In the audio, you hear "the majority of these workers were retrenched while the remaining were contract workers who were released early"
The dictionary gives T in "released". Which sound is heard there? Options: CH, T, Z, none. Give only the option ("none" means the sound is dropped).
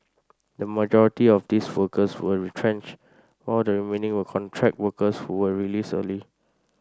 none